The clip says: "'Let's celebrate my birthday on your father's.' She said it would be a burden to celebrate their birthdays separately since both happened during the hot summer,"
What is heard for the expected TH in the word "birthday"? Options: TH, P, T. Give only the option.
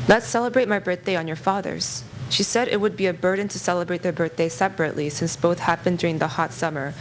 TH